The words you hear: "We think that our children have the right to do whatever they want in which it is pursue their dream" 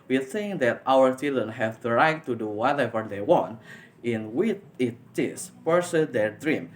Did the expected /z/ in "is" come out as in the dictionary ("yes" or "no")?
no